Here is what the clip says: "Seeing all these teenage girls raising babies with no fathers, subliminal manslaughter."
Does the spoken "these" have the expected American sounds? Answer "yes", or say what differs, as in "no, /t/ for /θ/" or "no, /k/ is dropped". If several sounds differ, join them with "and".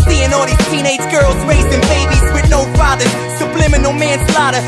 no, /z/ is dropped